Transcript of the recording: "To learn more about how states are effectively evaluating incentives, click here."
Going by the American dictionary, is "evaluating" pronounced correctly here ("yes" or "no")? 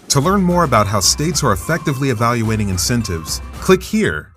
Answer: yes